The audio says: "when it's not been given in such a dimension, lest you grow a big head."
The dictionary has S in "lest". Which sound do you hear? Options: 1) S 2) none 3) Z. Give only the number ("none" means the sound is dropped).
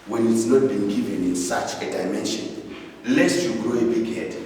2